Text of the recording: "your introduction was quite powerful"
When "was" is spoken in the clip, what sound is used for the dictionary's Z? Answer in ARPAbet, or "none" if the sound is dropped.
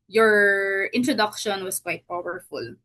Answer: S